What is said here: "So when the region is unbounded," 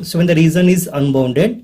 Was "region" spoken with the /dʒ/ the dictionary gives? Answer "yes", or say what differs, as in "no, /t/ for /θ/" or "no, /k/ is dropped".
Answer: no, /z/ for /dʒ/